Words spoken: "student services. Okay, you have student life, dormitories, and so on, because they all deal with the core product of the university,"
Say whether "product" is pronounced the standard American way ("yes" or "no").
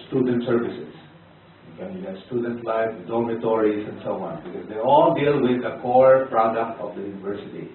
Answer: yes